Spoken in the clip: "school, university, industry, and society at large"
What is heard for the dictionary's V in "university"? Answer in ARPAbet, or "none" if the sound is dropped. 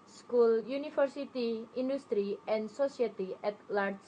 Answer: F